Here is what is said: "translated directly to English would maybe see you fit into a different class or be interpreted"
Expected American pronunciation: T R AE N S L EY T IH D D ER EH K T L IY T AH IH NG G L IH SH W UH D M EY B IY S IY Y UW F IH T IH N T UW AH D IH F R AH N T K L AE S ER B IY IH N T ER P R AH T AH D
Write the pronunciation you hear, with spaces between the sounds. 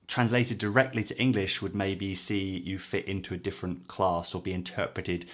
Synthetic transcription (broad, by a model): T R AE N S L EY T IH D D ER EH K T L IY T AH IH NG G L IH SH W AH D M EY B IY S IY Y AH F IH T IH N T UW AH D IH F R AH N K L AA S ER B IY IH N T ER P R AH T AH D